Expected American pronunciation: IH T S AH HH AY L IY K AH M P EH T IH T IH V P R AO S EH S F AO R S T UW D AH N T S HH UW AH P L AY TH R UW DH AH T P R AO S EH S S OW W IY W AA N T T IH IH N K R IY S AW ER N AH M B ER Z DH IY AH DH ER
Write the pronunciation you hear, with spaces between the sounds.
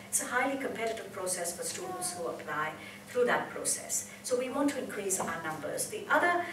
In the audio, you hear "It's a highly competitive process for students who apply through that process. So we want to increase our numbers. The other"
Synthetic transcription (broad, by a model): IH T S AH HH AY L IY K AH M P EH T IH T IH V P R AO S EH S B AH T S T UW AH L S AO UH AH P L AY TH R UW DH AH T P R AO S EH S S OW W IY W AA N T T IH IH N K R IY S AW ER N AH M B ER Z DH IY AH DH ER